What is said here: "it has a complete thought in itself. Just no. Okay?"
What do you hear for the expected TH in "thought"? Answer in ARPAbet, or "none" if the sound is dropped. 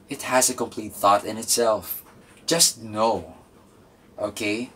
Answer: TH